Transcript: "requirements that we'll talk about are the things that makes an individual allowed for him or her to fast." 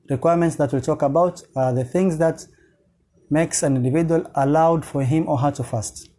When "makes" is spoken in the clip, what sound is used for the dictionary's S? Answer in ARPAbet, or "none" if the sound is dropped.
S